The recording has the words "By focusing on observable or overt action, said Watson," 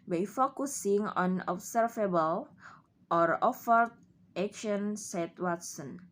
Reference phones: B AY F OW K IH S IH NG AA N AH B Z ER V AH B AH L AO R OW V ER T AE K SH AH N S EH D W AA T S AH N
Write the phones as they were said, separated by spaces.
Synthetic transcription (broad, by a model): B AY F OW K IH S IH NG AA N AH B S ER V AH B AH L AO R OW F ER T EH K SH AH N S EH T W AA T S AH N